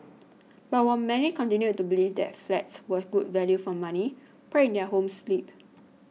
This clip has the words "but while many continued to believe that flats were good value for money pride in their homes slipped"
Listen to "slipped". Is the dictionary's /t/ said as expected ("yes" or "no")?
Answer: no